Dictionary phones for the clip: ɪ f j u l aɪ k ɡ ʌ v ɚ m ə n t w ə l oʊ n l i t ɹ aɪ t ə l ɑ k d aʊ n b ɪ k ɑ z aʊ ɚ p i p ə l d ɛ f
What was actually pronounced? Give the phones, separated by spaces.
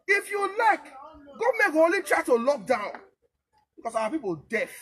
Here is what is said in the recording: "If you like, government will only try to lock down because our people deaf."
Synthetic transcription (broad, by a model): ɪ f j u l aɪ k ɡ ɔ m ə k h oʊ l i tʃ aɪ t ə l ɑ k d aʊ n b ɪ k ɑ s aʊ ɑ p i p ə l d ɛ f